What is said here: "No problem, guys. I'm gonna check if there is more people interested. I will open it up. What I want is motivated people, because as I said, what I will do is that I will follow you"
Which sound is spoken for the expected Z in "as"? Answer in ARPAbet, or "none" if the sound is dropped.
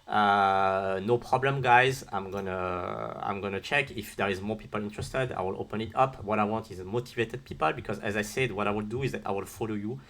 Z